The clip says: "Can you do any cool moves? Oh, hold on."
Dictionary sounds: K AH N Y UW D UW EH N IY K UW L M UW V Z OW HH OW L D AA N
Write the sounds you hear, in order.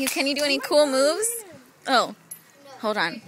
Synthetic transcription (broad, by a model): K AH N Y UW D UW EH N IY K UW L M UW V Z OW HH OW L D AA N